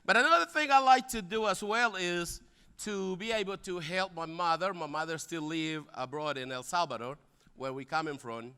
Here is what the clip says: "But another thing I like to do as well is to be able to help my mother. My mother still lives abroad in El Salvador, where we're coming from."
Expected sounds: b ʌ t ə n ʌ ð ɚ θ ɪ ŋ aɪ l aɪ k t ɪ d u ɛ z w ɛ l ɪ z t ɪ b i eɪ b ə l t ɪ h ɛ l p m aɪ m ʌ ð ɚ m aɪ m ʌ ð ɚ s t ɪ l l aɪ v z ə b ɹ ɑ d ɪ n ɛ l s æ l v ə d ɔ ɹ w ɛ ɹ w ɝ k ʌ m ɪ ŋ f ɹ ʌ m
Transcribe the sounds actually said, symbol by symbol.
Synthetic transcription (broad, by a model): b ʌ t ə n ʌ ð ɚ θ ɪ ŋ aɪ l aɪ k t ɪ d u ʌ z w ɛ l ɪ z t ɪ b i eɪ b l t ɪ h ɛ l p m aɪ m ʌ ð ɚ m aɪ m ʌ ð ɚ s t ɪ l l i v ə b ɹ ɑ d ɪ n ɛ l s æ l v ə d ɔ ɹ w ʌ ɹ w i k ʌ m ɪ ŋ f ɹ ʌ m